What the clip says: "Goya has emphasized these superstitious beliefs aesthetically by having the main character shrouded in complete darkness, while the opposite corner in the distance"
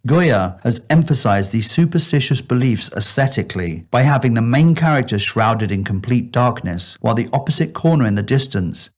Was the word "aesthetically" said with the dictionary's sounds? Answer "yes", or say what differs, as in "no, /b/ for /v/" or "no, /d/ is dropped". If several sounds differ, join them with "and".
yes